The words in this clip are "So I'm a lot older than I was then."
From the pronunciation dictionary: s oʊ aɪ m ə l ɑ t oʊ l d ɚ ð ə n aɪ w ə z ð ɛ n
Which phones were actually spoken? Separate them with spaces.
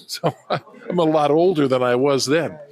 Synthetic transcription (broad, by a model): s oʊ aɪ m ə l ɑ t oʊ l d ɚ ð ə n aɪ w ə z ð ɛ n